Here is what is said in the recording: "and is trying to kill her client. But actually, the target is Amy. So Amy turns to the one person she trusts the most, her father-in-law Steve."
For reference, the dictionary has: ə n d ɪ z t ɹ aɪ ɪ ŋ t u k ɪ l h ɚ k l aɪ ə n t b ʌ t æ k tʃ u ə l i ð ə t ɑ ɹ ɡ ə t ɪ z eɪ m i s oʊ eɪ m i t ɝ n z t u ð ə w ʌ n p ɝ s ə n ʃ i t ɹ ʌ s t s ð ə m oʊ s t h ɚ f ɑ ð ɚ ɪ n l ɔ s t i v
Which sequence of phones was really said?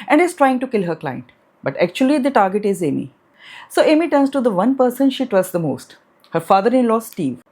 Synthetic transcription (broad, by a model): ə n d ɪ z t ɹ aɪ ɪ ŋ t u k ɪ l h ɚ k l aɪ ə n t b ʌ t æ k tʃ u ə l i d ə t ɑ ɹ ɡ ə t ɪ z eɪ m i s oʊ eɪ m i t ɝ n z t u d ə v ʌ n p ɝ s ə n ʃ i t w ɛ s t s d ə m oʊ s t h ɚ f ɑ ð ɚ ɪ n l ɔ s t i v